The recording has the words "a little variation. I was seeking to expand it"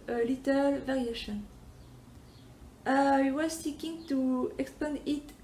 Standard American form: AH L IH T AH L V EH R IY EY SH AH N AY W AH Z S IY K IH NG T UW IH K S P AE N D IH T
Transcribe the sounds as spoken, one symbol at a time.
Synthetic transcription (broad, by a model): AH L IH T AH L V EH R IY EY SH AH N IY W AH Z S IY K IH NG T UW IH K S P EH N IH T